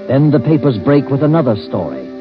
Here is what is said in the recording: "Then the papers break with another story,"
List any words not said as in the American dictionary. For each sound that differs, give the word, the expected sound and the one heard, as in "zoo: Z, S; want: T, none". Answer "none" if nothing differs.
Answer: none